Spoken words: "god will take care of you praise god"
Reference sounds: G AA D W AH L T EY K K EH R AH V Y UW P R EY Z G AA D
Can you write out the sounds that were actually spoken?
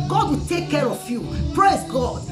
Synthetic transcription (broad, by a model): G AA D W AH T EY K K EH R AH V Y UW P R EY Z G AA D